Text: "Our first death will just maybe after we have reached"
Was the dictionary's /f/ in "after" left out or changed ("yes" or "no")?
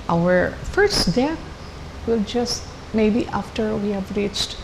no